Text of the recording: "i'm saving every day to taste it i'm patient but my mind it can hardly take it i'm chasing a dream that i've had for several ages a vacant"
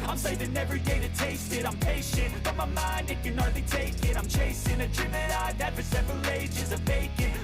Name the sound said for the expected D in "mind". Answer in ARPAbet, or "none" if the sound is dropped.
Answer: D